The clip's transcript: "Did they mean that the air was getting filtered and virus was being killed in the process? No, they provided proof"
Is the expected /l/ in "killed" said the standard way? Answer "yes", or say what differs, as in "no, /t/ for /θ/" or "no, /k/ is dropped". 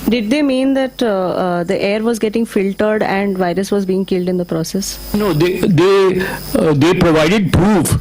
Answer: yes